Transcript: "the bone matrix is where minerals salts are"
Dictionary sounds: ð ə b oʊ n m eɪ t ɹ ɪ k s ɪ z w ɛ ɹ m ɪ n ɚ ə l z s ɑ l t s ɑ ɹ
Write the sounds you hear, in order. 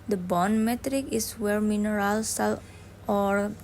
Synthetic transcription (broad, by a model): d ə b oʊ n m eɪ t ɹ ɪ k ɪ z w ɛ ɹ m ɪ n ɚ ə l s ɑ l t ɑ ɹ